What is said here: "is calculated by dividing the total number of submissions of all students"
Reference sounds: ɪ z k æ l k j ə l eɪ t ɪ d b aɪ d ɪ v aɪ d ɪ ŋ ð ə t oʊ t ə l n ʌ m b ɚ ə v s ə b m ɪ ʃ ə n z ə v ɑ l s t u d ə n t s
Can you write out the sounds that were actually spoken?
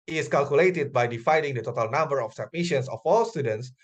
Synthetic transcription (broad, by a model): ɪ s k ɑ l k j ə l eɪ t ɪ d b aɪ d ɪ f aɪ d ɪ ŋ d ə t oʊ t ə l n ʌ m b ɚ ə f s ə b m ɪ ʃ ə n s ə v ɑ l s t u d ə n t s